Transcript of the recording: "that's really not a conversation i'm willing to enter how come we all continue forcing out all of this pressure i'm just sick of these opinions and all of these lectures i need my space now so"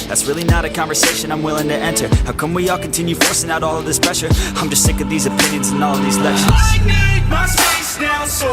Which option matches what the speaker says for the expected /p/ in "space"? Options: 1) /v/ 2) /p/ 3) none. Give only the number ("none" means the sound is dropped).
3